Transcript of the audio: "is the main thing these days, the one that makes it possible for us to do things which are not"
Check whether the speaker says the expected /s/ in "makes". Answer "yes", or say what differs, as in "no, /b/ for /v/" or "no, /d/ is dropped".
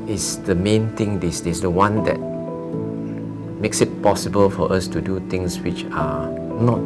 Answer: yes